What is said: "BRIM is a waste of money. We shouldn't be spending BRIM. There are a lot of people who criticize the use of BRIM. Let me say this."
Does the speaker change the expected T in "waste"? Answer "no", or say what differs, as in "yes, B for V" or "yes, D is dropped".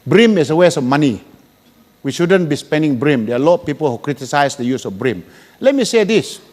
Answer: yes, T is dropped